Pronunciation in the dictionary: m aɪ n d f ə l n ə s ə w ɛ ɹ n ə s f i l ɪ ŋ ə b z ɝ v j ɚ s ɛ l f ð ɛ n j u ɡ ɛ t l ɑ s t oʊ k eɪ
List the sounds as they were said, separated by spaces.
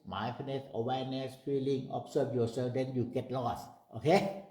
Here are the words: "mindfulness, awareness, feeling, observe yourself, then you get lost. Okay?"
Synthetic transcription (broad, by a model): m aɪ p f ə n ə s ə w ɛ n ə s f i l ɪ ŋ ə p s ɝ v j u s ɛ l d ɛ n j u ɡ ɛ t l ɑ s t oʊ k eɪ